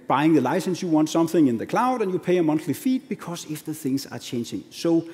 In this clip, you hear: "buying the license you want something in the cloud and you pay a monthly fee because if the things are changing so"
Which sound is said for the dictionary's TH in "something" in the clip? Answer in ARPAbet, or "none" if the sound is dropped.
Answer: TH